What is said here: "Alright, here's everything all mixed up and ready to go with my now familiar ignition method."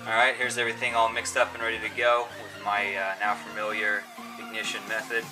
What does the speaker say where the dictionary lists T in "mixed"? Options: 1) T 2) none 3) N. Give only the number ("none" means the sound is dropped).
1